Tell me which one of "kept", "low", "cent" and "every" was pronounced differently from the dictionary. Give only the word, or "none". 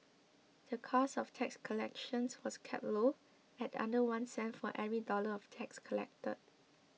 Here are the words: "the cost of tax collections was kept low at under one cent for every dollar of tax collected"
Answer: kept